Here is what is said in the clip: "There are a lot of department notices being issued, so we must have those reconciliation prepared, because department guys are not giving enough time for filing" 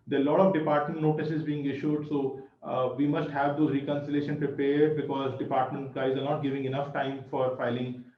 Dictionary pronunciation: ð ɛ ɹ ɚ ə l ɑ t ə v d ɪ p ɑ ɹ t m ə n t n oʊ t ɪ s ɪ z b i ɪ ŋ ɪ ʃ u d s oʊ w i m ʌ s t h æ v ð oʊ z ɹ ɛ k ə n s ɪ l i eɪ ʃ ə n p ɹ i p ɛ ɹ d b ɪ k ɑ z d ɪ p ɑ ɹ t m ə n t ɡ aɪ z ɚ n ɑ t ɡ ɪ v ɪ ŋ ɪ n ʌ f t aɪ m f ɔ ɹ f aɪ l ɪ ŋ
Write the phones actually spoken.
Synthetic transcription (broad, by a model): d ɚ ə l ɑ t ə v d ɪ p ɑ ɹ t m ə n t n oʊ t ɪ s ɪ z b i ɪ ŋ ɪ ʃ u d s oʊ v i m ʌ s t h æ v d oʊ ɹ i k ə n s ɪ l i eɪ ʃ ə n p ɹ i p ɛ ɹ d b ɪ k ɑ z d ɪ p ɑ ɹ t m ə n t ɡ aɪ z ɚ n ɑ t ɡ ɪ v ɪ ŋ ɪ n ʌ f t aɪ m f ɔ ɹ f aɪ l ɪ ŋ